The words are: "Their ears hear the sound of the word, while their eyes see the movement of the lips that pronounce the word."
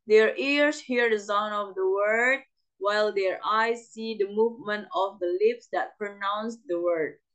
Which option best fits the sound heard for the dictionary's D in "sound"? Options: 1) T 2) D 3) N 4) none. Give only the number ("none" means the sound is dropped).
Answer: 4